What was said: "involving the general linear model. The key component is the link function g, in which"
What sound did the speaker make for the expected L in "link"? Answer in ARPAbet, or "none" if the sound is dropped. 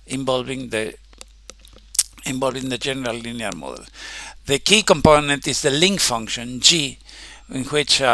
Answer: L